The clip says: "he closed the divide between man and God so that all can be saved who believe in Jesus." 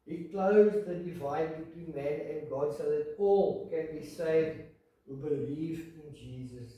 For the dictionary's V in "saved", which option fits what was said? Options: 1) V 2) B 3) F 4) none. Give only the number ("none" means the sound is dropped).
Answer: 1